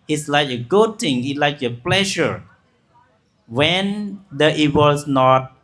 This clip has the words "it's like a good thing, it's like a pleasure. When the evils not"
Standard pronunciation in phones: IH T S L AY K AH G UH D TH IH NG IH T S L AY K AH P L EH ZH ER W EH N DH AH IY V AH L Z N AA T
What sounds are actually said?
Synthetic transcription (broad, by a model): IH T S L AY K AH G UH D T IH NG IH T L AY K AH P L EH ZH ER W EH N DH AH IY W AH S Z N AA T